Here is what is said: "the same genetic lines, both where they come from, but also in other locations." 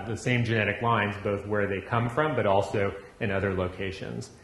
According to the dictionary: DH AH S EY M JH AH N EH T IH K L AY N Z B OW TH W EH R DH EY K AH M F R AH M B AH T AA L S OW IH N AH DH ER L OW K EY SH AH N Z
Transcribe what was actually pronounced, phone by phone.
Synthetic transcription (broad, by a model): DH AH S EY M JH AH N EH T IH K L AY N Z B OW TH W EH R DH EY K AH M F R AH M B AH T AA L S OW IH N AH DH ER L OW K EY SH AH N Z